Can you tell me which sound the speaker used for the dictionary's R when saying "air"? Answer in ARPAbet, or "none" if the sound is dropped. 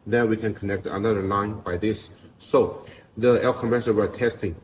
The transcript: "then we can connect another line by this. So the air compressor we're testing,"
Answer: L